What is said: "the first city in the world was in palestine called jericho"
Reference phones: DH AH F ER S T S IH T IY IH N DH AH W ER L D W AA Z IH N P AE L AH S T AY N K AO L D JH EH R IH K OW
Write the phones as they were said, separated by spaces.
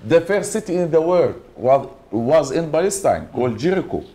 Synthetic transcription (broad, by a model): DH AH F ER T S IH T IY IH N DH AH W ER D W W AA Z IH N B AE L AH S T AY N K AO L D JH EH R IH K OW